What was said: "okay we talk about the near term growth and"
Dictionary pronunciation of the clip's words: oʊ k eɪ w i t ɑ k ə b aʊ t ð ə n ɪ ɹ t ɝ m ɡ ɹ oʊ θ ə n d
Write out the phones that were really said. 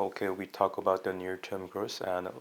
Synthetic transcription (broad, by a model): oʊ k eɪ w i t ɑ k ə b aʊ t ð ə n ɪ ɹ t ɝ m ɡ ɹ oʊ s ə n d